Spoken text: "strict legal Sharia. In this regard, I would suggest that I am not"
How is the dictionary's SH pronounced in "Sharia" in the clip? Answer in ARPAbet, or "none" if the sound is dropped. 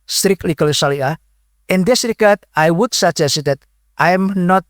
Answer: S